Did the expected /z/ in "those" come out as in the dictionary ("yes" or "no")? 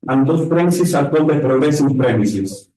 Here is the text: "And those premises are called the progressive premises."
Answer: no